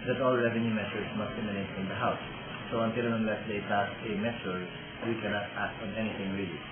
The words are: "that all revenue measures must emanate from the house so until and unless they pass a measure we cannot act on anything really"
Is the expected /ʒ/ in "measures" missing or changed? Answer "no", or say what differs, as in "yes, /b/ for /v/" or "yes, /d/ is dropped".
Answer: yes, /s/ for /ʒ/